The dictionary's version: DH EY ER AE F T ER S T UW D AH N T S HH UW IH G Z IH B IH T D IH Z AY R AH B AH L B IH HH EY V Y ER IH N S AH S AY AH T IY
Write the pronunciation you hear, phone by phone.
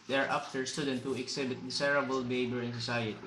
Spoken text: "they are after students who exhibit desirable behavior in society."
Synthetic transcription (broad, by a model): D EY ER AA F T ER S T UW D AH N T HH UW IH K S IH B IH T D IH S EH R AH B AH L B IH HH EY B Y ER IH N S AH S AY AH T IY